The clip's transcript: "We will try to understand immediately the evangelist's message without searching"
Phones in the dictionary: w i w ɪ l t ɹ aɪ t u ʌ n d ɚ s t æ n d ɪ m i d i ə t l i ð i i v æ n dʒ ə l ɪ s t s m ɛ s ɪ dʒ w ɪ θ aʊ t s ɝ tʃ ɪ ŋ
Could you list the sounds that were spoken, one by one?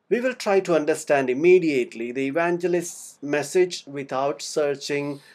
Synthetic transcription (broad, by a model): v i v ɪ l t ɹ aɪ t u ʌ n d ɚ s t æ n d ɪ m i d i ə t l i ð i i v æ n dʒ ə l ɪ s t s m ɛ s ɪ dʒ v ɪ t aʊ t s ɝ tʃ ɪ ŋ